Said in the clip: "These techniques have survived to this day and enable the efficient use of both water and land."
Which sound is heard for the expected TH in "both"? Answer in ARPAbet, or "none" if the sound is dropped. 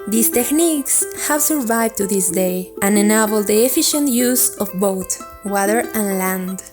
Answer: T